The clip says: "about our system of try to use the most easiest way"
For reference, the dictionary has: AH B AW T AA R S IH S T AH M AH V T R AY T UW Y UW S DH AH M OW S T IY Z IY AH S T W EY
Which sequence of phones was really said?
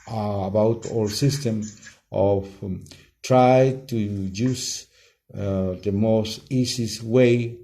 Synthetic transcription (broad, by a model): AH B AW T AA L S IH S T AH M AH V T R AY T UW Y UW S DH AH M OW S T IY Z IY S W EY